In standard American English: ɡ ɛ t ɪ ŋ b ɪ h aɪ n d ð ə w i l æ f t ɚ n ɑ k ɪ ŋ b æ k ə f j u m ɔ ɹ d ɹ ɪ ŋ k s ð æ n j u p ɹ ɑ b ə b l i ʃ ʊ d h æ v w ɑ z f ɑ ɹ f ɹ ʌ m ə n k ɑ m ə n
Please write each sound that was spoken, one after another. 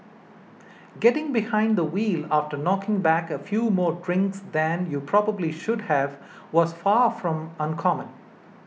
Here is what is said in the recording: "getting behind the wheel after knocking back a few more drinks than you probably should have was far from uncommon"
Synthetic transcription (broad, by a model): ɡ ɛ t ɪ ŋ b ɪ h aɪ n d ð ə w i l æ f t ɚ n ɑ k ɪ ŋ b æ k ə f j u m ɔ ɹ d ɹ ɪ ŋ k s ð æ n j u p ɹ ɑ b ə b l i ʃ ʊ d h æ v w ɑ z f ɑ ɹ f ɹ ʌ m ə n k ɑ m ə n